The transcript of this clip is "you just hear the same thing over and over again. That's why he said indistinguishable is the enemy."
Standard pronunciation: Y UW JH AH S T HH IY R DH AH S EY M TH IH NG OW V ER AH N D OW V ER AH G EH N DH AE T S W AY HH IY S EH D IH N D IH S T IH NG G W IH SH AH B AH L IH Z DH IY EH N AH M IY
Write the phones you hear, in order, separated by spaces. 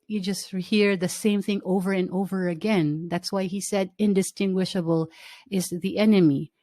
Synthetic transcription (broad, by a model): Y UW JH AH S T HH IY R DH AH S EY M TH IH NG OW V ER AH N OW V ER AH G EH N DH AE T S W AY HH IY S EH D IH N D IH S T IH NG G W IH SH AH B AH L IH Z DH IY EH N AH M IY